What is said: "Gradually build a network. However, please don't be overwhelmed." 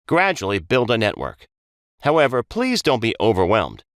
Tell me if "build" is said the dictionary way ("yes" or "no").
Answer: yes